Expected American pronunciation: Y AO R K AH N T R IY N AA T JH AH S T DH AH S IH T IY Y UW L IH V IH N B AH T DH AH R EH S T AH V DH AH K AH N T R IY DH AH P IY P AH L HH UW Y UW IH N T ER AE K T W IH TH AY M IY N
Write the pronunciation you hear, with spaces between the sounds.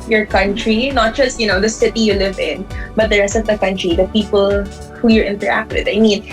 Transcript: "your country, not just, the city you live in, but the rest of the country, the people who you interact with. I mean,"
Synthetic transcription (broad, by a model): Y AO R K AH N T R IY N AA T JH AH S T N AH S IH T IY Y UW L IH V IH N B AH T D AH R EH S T AH V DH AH K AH N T R IY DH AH P IY P AH L HH UW Y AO IH N T ER AE K T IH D AY M IY N